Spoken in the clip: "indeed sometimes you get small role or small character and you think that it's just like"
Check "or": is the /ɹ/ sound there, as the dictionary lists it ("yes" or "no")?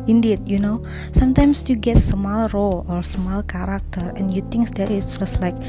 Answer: yes